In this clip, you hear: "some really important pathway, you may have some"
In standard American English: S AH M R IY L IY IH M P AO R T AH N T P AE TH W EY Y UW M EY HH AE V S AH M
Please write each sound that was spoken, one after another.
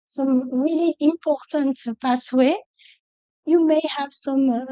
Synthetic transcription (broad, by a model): S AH M R IY L IY IH M P AO R T AH N T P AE S W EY Y UW M EY HH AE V S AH M